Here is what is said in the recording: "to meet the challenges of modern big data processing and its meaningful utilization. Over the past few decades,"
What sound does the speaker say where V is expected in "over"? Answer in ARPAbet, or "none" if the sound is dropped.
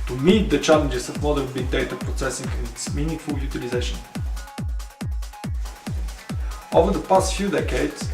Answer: V